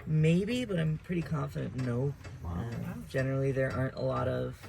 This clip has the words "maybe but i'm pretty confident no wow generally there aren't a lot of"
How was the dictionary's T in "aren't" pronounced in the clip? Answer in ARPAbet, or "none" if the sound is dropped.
T